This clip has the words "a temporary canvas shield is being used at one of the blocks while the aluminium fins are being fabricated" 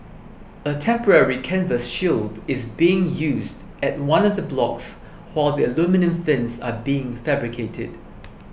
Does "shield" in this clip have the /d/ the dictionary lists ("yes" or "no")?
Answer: yes